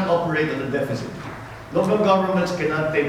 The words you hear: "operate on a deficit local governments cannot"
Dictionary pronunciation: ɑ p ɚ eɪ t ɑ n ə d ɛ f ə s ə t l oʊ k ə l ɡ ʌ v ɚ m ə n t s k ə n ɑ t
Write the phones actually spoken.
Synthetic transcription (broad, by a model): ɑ p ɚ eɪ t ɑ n ə d ɛ f ə s ə t l oʊ k ə l ɡ ʌ v ɚ m ə n t s k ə n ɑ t